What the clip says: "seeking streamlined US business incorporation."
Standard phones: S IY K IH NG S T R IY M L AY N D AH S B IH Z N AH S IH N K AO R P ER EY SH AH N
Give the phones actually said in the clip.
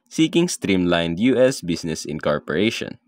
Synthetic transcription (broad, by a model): S IY K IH NG S T R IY M L AY N D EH S B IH S N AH S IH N K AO R P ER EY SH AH N